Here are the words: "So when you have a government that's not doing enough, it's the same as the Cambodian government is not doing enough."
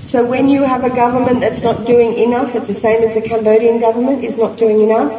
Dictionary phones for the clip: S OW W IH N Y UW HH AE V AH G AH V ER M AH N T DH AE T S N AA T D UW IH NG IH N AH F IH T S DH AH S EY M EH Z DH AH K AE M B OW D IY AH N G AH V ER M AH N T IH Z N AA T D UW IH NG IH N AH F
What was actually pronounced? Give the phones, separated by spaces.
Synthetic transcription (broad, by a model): S OW W IH N Y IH V AH G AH V ER M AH N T DH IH T S N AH T D UW IH NG IH N AH F IH T S DH AH S EY M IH Z DH AH K AE M B OW D IY AH N G AH V ER M AH N T IH Z N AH T D UW IH NG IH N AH F